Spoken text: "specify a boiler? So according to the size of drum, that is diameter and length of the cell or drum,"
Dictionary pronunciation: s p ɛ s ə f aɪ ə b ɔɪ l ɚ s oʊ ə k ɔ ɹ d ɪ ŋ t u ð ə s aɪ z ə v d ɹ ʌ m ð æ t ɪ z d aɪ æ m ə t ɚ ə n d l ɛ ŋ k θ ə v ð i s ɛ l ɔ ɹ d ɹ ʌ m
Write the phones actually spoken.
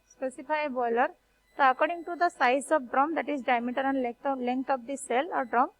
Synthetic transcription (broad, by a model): s p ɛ s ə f aɪ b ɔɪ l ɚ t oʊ ə k ɔ ɹ d ɪ ŋ t u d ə s aɪ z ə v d ɹ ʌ m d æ t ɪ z d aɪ m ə t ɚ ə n d l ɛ ŋ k t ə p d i s ɛ l ɔ ɹ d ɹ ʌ m